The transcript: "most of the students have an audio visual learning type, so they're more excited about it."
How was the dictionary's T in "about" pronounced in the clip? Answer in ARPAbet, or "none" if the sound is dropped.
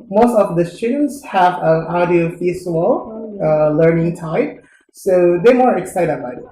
none